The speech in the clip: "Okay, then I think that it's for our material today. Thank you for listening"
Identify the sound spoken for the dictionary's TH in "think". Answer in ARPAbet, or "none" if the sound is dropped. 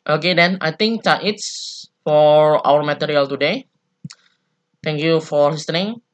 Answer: T